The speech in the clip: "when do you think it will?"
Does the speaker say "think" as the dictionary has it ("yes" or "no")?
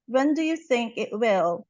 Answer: yes